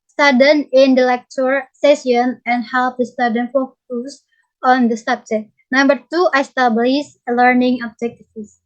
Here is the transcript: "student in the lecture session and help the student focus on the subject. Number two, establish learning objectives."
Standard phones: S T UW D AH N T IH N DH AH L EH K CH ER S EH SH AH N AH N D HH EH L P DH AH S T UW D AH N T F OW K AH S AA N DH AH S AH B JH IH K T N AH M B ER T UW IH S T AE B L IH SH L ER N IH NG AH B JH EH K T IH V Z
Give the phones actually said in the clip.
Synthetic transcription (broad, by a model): S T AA D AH N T IH N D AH L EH K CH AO S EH S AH N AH N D HH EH L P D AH S T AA D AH N F OW K AH S AA N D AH S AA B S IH T N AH M B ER T UW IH S T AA B L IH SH L ER N IH NG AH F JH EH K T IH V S